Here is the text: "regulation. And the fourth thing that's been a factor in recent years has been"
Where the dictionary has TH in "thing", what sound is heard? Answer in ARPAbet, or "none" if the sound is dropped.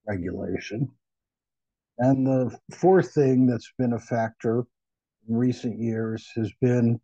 TH